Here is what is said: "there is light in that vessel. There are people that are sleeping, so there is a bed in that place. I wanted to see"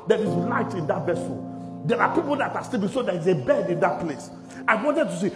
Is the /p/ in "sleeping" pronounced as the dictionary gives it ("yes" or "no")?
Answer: no